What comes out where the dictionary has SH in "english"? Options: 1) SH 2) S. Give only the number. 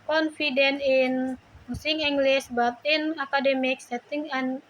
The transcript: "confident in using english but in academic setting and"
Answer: 2